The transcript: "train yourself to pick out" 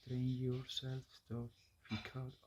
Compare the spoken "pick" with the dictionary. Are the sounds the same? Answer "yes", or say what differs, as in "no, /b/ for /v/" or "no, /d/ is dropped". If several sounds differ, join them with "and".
no, /f/ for /p/